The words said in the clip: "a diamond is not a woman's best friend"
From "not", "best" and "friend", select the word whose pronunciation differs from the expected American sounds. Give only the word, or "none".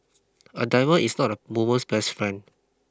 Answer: friend